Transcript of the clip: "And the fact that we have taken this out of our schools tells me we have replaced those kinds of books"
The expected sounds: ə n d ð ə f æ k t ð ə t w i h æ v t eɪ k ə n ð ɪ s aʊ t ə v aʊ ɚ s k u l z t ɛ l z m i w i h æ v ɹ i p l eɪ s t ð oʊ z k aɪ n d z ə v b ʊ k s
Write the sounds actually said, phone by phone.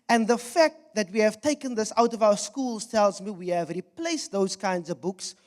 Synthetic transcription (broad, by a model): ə n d ð ə f æ k t ð ə t w i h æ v t eɪ k ə n ð ɪ s aʊ t ə v aʊ ɚ s k u l z t ɛ l z m i w i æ v ɹ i p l eɪ s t ð oʊ z k aɪ n d z ə v b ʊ k s